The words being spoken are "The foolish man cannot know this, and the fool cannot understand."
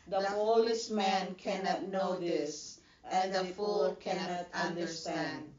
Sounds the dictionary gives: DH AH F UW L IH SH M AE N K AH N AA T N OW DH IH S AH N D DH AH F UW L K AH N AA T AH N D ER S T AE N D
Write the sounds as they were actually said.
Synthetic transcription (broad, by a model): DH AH P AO L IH S M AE N K AH N AA T N OW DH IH S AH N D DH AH F UW L K AH N AA T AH N D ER S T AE N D